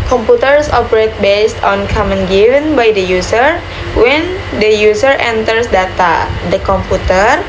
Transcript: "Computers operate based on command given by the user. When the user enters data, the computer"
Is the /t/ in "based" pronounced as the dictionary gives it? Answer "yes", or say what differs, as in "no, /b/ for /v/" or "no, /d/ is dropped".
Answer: yes